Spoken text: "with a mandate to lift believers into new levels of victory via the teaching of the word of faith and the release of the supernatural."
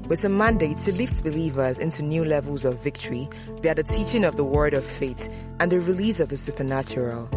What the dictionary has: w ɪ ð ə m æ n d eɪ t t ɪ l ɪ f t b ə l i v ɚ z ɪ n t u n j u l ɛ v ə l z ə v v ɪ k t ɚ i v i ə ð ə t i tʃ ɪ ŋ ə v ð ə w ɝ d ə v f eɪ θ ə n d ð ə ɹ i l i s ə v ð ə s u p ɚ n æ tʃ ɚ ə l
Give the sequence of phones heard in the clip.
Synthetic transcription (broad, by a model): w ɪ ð ə m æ n d eɪ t t ɪ l ɪ f t b ə l i v ɚ z ɪ n t u n j u l ɛ v ə l z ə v v ɪ k t ɚ i b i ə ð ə t i tʃ ɪ ŋ ə v ð ə w ɝ d ə v f eɪ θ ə n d ð ə ɹ i l i s ə v ð ə s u p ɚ n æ tʃ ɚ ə l